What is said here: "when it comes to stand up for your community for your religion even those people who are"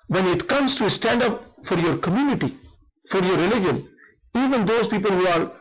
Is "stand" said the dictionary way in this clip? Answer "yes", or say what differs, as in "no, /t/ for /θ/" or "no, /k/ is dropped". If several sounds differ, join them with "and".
yes